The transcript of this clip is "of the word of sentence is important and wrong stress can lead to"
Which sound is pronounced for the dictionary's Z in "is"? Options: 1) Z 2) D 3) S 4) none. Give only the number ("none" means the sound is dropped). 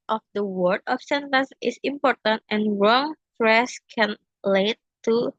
3